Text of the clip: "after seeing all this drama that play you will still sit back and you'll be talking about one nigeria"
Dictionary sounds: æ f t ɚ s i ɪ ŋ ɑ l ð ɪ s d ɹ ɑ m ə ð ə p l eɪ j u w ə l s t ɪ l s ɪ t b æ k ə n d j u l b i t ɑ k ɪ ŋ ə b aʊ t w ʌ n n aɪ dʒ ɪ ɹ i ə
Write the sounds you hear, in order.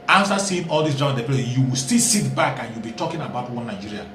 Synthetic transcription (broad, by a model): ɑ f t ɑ s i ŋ ɑ l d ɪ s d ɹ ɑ ə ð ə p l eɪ j u w ə l s t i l s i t b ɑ k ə n j u l b i t ɑ k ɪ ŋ ə b aʊ t w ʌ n n aɪ dʒ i ɹ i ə